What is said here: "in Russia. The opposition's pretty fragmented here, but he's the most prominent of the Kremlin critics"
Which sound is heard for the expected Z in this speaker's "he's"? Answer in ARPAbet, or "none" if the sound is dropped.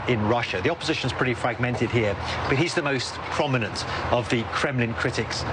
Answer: Z